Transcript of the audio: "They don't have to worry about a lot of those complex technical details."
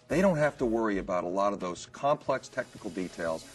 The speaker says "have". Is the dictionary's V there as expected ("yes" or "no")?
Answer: no